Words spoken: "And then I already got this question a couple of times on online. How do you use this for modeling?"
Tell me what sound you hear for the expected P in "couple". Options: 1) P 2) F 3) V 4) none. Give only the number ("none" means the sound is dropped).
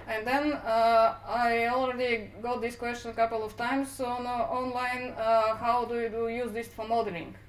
1